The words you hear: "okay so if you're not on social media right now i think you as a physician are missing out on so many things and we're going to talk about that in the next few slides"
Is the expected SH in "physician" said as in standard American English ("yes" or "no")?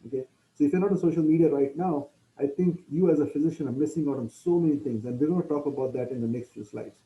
yes